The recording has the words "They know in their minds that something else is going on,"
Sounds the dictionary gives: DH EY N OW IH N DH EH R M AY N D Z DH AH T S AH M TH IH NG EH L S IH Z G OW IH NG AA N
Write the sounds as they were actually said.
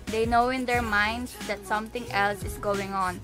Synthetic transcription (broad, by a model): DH EY N OW IH N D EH R M AY N D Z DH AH T S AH M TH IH NG EH L S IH S G OW IH NG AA N